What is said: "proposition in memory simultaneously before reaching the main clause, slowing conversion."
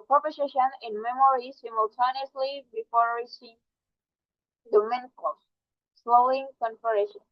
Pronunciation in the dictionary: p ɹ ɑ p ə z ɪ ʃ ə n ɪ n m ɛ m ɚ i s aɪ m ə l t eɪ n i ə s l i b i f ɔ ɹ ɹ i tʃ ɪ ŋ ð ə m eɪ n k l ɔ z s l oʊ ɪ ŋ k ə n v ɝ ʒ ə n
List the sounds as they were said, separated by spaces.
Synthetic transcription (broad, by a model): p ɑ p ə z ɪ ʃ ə n ɪ n m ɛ m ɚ i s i m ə l t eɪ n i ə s l i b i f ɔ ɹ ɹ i ʃ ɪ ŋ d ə m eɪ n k ɔ s l oʊ ɪ ŋ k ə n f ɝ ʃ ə n